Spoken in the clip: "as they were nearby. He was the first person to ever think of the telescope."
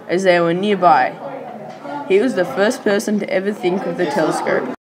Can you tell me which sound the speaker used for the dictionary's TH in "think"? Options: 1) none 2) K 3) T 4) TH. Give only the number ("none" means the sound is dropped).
4